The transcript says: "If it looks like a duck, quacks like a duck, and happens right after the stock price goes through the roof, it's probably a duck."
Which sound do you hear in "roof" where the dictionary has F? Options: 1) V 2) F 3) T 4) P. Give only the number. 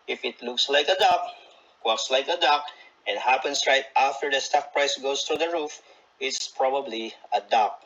2